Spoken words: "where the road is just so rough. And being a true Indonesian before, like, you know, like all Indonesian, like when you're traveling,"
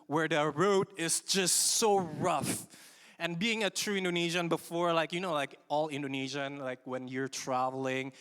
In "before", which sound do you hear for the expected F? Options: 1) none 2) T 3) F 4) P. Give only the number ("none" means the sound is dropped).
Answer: 3